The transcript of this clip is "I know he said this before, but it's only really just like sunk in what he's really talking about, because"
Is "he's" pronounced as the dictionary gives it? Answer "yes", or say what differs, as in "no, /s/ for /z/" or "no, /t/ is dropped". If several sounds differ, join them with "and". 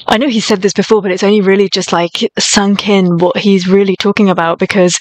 yes